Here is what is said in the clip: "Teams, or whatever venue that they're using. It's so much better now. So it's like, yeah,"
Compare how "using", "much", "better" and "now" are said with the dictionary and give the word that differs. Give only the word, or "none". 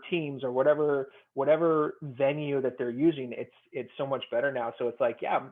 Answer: none